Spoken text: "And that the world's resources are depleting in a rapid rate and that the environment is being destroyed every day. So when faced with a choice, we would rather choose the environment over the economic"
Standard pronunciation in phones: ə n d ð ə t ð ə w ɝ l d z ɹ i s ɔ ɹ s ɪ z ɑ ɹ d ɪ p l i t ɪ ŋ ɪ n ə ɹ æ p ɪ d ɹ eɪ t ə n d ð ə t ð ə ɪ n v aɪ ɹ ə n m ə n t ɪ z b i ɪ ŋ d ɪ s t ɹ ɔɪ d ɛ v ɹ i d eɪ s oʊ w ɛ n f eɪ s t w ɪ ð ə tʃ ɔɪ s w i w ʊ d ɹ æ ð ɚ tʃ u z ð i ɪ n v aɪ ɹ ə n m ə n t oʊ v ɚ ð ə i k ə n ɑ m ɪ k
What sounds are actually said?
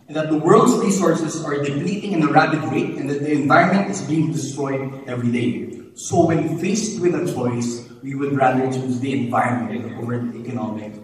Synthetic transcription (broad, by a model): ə n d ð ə t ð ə w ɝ l d s ɹ i s ɔ ɹ s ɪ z ɑ ɹ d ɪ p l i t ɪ ŋ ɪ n ə ɹ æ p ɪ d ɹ eɪ t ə n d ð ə t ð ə ɪ n v aɪ ɹ ə n m ə n t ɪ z b i ɪ ŋ d ɪ s t ɹ ɔɪ d ɛ v ɹ i d eɪ s oʊ w ɛ n f eɪ s t w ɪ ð ə tʃ ɔɪ s w i w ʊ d ɹ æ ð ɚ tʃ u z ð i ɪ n v aɪ ɹ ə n m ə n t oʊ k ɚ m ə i k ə n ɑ m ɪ k